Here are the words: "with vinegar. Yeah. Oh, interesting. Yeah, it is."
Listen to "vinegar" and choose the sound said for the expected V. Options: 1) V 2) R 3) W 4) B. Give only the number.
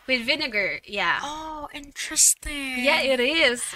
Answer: 1